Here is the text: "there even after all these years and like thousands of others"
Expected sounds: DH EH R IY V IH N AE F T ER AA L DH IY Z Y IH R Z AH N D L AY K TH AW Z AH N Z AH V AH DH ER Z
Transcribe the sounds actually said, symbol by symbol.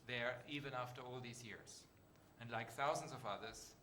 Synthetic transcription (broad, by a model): DH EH R IY V IH N AE F T ER AA L DH IY Z Y IH R Z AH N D L AY K TH AW Z AH N Z AH V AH DH ER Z